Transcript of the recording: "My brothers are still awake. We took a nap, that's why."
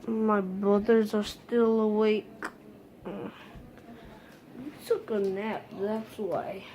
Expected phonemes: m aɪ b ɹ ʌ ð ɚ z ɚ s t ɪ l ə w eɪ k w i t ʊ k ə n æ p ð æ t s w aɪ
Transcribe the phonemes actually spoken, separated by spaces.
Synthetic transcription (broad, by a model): m aɪ b ɹ ʌ ð ɚ z ɚ s t ɪ l ə w eɪ k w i t ʊ k ə n æ p ð æ t s w aɪ